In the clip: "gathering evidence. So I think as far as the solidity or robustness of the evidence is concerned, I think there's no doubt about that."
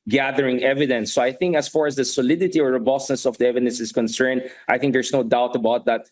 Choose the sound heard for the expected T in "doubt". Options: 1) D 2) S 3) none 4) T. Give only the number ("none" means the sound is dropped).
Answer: 4